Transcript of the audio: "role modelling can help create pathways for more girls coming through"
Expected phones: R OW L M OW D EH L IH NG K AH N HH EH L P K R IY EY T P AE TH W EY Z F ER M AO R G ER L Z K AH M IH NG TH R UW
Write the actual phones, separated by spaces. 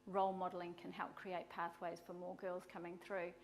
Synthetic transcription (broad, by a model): R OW L M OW D L IH NG K AH N HH EH L P K R IY EY T P AE TH W EY Z F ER M AO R G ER L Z K AH M IH NG TH R UW